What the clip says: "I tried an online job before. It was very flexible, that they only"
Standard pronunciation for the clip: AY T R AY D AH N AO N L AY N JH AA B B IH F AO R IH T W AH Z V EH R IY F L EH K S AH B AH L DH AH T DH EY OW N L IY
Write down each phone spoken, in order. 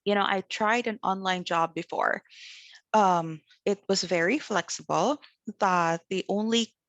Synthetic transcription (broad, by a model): AY T R AY D AH N AO N L AY N JH AA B B IH F AO R IH T W AH Z V EH R IY F L EH K S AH B L DH AH T DH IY OW N L IY